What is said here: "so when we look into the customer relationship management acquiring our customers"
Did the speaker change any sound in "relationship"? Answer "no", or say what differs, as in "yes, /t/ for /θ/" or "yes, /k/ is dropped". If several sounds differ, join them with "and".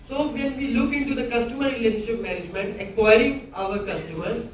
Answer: yes, /n/ is dropped